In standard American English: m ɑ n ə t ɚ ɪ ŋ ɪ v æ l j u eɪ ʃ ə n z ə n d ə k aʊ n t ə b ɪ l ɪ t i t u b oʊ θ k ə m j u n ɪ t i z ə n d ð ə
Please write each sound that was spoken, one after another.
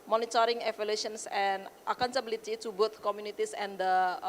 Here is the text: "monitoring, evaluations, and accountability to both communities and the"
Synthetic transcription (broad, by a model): m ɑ n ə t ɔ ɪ ŋ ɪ f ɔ l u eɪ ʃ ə n s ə n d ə k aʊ n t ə b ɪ l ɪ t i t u b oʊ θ k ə m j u n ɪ t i s ə n d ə